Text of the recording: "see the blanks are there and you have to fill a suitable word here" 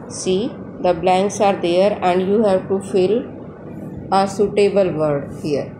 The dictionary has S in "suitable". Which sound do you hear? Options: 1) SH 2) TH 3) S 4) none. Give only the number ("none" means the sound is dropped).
3